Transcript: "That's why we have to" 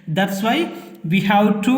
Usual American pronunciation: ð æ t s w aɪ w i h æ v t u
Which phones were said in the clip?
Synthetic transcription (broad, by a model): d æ t s w aɪ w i h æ w t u